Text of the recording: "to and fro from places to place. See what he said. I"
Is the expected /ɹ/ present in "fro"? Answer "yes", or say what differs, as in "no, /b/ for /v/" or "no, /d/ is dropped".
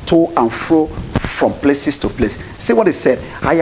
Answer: yes